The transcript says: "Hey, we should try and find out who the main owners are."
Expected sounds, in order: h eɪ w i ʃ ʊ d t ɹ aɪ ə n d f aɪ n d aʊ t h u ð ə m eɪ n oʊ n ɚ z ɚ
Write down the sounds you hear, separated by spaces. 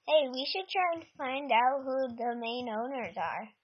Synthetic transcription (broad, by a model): h eɪ w i ʃ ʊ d t ɹ aɪ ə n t f aɪ n d aʊ t h u ð ə m eɪ n oʊ n ɚ z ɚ